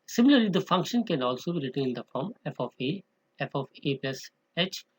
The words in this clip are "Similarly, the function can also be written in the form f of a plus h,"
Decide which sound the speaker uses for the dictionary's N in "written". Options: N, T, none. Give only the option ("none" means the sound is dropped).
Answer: none